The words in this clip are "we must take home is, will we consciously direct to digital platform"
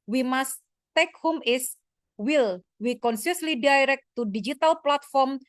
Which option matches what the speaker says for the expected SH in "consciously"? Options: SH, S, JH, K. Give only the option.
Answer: S